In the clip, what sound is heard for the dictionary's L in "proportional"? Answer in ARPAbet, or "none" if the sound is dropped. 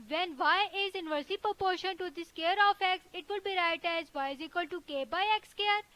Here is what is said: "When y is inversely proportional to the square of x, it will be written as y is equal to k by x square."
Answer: N